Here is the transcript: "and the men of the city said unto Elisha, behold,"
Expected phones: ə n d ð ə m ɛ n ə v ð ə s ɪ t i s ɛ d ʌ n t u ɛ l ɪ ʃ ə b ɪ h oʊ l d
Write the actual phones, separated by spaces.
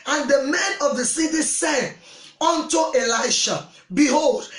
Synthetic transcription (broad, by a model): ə n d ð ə m ɛ n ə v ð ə s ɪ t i s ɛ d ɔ n t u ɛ l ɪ ʃ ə b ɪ h oʊ l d